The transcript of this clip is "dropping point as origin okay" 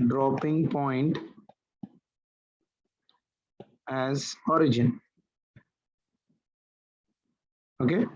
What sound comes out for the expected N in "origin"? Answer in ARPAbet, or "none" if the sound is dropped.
N